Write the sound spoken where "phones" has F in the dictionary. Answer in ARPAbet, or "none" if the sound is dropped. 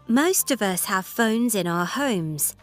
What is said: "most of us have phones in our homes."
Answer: F